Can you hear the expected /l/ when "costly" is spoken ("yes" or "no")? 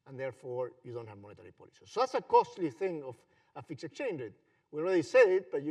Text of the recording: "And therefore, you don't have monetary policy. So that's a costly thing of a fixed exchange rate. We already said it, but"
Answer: yes